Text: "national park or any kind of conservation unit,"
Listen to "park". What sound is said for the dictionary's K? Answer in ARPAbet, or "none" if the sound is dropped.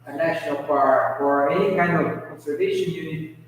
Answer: none